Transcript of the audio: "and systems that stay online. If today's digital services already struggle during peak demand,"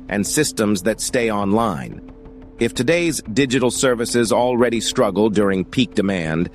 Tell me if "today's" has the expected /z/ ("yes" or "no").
yes